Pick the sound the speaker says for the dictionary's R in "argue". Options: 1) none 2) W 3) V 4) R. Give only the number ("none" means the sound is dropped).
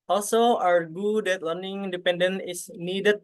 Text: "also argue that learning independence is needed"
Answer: 2